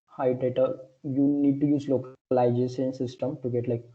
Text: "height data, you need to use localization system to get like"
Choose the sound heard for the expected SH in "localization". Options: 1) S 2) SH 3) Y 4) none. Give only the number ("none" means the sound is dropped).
1